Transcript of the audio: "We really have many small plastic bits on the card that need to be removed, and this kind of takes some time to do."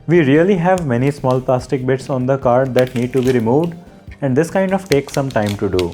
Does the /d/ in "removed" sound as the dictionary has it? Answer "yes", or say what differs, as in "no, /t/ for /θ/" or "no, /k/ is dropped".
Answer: yes